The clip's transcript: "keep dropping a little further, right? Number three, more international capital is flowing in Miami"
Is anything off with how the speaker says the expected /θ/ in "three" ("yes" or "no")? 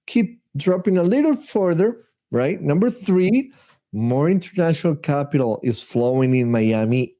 no